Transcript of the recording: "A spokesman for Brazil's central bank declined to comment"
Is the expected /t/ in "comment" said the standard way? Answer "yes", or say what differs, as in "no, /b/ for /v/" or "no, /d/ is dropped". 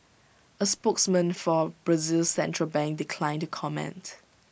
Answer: yes